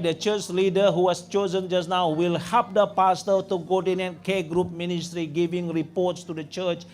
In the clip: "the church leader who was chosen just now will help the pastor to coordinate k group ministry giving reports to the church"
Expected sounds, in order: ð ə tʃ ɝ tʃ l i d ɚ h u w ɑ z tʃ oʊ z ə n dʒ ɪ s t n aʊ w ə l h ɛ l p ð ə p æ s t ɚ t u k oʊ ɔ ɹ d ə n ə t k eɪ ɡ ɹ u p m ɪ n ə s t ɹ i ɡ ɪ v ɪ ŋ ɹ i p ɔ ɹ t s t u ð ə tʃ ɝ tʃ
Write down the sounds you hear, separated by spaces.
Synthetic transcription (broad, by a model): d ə tʃ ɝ tʃ l i d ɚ h u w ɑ s tʃ oʊ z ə n dʒ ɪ s n aʊ w ə l h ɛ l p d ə p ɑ s t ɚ t u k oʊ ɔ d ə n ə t k eɪ ɡ ɹ u p m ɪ n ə s t ɹ i ɡ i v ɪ ŋ ɹ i p ɔ t s t u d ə tʃ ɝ tʃ